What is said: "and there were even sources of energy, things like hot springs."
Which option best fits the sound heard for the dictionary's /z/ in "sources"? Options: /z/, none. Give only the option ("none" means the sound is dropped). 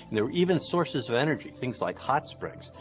/z/